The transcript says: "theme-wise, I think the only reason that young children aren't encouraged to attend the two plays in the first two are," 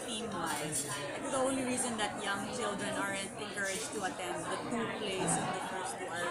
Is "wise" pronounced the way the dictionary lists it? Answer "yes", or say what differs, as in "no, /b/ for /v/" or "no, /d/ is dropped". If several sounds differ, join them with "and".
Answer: no, /z/ is dropped